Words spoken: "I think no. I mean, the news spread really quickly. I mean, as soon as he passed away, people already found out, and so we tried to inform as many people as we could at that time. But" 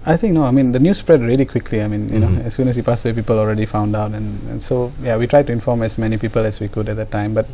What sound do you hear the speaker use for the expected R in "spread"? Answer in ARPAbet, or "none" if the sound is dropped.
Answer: R